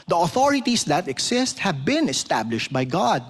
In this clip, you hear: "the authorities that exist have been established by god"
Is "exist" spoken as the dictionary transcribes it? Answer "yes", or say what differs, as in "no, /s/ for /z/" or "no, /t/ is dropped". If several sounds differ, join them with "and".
no, /s/ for /z/